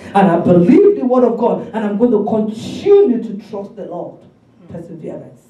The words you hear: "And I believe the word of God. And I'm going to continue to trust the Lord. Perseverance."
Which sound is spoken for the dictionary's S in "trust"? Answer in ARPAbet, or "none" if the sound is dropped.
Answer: S